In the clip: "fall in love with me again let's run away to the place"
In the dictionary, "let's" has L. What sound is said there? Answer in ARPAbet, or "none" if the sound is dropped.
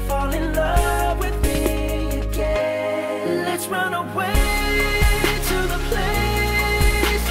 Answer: L